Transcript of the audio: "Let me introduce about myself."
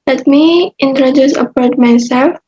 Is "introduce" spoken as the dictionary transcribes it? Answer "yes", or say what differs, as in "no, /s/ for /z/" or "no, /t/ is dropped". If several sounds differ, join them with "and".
yes